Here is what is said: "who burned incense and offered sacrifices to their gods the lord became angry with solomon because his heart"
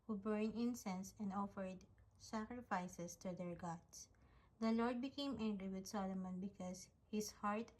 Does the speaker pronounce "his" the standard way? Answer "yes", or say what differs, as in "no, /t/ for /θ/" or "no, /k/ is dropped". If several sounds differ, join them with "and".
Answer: no, /s/ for /z/